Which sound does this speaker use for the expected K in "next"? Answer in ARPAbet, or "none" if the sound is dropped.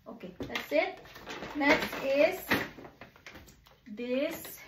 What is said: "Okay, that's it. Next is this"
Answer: none